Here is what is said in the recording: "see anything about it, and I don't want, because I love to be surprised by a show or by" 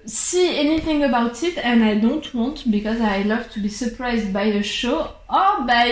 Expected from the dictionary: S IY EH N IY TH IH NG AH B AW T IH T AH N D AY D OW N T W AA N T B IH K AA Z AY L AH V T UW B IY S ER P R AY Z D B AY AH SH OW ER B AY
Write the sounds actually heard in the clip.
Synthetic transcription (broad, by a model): S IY EH N IY TH IH NG AH B AW T IH T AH N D AY D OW N T W AA N T B IH K AA Z AY L AH V T UW B IY S ER P R AY Z D B AY AH SH OW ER B AY